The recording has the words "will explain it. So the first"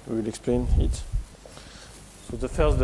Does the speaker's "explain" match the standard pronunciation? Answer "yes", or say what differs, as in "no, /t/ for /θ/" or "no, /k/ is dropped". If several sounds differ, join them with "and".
yes